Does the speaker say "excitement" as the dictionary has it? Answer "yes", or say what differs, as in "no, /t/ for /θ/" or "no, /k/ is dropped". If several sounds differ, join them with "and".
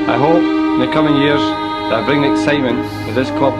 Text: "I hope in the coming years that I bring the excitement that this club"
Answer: yes